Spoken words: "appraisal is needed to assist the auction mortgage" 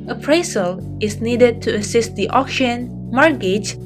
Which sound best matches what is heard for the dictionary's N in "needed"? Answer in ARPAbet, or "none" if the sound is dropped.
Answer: N